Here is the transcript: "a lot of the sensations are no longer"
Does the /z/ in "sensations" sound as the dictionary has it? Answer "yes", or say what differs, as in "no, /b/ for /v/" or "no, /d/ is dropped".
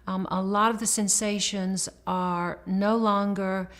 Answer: yes